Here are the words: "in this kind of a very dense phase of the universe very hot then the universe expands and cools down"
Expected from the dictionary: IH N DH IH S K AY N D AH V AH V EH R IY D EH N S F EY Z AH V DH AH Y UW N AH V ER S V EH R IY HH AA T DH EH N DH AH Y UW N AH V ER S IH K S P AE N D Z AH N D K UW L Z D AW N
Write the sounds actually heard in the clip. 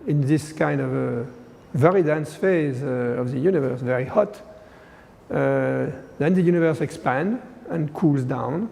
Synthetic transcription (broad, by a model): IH N DH IH S K AY N D AH V AH V EH R IY D EH N S F EY Z AH V DH AH Y UW N AH V ER S V EH R IY HH AA T DH EH N DH AH Y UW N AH V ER S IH K S P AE N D AH N K UW L Z D AW N